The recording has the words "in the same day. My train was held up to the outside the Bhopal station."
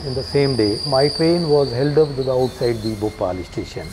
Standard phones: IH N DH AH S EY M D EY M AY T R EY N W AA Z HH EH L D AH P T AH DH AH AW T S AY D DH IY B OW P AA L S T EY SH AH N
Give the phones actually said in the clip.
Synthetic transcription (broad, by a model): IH N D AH S EY M D EY M AY T R EY N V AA Z HH EH L D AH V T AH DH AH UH T S AY D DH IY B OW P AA L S T EY SH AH N